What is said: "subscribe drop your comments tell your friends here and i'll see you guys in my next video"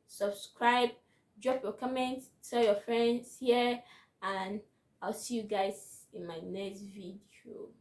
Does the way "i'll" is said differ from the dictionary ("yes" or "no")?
no